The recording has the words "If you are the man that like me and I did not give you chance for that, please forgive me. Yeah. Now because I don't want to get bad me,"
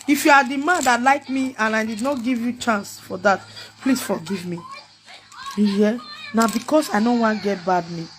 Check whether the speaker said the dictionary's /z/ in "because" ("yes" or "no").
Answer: no